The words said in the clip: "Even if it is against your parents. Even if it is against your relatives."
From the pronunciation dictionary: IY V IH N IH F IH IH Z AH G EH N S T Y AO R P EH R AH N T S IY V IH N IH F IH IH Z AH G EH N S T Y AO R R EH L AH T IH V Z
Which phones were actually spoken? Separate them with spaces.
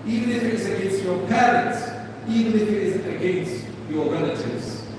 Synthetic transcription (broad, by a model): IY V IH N IH F IH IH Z AH G EH N S T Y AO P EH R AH T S IY V IH N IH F IH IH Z AH G EH N S T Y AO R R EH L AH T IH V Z